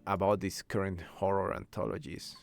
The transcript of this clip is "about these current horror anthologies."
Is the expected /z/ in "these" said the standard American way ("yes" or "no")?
no